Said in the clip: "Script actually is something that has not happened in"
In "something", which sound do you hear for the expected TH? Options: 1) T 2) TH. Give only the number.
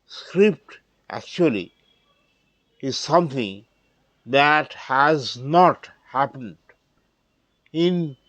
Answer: 1